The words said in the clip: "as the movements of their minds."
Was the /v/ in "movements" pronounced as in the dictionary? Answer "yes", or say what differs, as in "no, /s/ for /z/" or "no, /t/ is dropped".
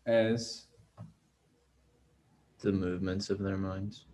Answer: yes